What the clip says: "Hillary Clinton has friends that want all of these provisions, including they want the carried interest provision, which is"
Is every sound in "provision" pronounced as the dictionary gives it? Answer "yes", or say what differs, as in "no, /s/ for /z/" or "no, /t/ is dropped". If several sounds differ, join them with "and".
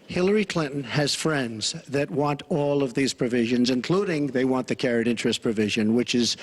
yes